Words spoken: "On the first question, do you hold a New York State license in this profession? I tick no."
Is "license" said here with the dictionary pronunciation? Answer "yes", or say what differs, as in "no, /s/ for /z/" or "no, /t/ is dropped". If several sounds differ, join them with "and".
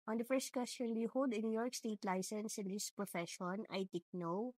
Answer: yes